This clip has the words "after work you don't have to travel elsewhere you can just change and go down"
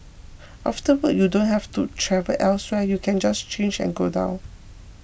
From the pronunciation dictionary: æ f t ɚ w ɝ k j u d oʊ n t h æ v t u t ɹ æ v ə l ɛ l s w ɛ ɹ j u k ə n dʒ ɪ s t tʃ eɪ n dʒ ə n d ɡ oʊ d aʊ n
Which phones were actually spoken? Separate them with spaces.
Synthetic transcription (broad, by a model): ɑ f t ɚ w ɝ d j u d oʊ n t h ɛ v t u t ɹ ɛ v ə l ɛ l s w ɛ j u k ə n dʒ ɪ s tʃ eɪ n dʒ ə n ɡ oʊ d aʊ n